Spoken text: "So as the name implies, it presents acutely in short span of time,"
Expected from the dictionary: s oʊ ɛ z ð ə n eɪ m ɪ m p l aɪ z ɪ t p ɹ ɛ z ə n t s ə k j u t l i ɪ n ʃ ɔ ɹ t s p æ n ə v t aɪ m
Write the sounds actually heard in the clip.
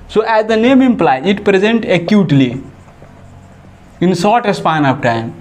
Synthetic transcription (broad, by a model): s oʊ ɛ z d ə n eɪ m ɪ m p l aɪ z ɪ t p ɹ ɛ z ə n t ə k j u t l i ɪ n s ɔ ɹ t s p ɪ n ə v t aɪ m